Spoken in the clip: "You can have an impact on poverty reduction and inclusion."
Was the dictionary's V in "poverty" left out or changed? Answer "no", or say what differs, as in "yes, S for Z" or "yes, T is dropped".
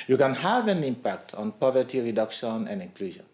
no